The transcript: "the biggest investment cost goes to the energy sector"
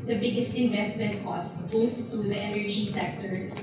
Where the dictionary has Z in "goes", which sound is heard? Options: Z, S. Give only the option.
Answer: S